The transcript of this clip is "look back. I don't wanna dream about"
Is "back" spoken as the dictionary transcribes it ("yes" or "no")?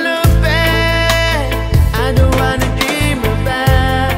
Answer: no